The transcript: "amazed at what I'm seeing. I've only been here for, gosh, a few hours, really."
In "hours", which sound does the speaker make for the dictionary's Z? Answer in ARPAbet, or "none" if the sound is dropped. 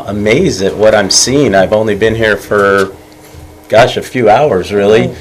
Z